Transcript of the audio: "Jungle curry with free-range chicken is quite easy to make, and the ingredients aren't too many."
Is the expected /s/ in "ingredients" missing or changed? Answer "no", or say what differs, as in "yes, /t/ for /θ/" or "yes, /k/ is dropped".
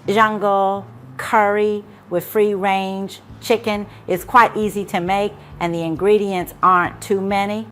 no